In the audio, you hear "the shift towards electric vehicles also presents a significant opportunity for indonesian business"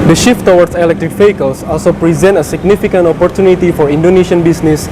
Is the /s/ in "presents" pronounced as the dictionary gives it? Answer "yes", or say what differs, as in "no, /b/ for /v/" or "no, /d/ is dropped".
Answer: no, /s/ is dropped